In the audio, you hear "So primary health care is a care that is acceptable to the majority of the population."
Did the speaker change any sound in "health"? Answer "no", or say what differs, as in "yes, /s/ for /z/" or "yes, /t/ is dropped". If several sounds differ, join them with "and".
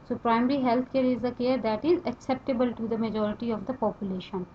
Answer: yes, /t/ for /θ/